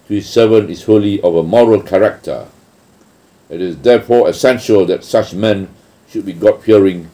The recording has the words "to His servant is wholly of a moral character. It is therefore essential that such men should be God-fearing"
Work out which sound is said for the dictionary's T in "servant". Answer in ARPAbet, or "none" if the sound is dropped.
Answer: none